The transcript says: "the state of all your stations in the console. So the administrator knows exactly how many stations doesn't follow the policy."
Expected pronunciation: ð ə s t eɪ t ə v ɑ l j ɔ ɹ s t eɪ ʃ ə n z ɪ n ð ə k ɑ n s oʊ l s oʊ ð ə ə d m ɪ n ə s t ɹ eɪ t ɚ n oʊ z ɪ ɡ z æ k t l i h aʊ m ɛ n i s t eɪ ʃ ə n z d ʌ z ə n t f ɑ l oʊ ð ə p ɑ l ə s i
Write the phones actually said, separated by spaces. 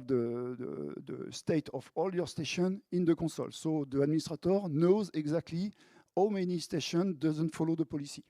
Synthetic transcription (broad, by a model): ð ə s t eɪ t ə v ɑ l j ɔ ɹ s t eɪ ʃ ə n ɪ n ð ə k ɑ s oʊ l s oʊ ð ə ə d m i n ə s t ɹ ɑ t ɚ n oʊ z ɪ ɡ z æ k t l i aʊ m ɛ n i s t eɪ ʃ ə n d ʌ z ə n t f ɑ l oʊ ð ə p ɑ l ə s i